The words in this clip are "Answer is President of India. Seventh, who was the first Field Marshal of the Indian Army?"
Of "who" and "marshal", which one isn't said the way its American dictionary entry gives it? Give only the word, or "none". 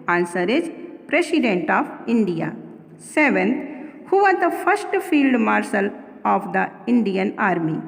marshal